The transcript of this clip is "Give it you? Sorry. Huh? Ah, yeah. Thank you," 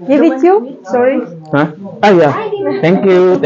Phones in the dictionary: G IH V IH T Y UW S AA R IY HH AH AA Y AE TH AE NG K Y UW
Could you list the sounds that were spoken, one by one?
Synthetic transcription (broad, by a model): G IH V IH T Y UW S AA R IY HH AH AA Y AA T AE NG K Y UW